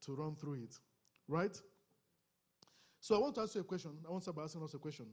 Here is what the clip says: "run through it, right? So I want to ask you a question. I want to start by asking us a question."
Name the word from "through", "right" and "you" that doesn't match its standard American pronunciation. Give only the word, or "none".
none